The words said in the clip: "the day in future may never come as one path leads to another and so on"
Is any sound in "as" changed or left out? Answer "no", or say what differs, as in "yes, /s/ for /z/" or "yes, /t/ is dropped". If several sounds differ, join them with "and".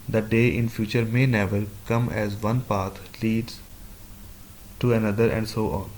no